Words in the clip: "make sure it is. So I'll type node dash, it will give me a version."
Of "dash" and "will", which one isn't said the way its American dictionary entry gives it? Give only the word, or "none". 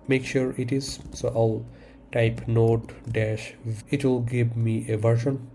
none